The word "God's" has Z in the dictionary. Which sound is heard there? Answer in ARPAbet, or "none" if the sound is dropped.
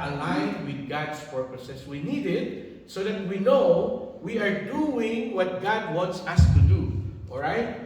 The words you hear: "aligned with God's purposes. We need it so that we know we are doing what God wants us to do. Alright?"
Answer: S